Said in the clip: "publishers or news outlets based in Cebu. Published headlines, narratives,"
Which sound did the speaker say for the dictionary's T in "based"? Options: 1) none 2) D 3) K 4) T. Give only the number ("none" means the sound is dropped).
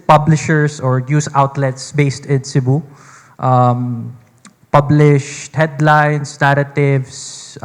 4